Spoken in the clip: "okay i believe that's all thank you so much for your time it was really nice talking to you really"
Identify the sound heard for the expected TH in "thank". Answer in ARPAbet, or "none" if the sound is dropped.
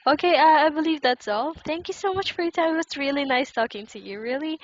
TH